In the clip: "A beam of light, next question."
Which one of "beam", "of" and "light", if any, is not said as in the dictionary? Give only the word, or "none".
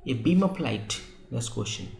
of